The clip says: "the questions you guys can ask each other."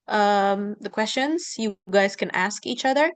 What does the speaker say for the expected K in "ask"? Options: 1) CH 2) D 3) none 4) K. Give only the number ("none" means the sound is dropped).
4